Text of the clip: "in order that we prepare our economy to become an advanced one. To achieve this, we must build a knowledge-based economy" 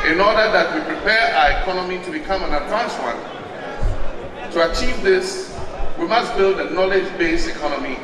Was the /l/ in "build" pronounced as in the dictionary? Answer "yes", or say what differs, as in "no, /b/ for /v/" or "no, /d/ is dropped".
yes